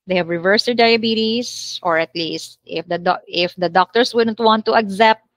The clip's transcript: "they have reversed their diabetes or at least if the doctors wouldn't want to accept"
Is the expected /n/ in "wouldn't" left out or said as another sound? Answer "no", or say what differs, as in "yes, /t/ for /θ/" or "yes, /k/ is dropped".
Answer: no